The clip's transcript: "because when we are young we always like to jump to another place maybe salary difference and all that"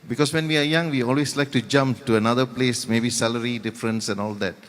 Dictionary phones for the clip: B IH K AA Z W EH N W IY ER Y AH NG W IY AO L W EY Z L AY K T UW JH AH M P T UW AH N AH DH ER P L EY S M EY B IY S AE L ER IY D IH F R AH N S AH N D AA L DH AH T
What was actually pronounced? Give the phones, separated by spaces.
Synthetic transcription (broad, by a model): B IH K AA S W EH N W IY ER Y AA NG W IY AO L W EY S L AY K T UW JH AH M P T UW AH N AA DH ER P L EY S M EY B IY S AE L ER IY D IH F R AH N S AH N AA L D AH T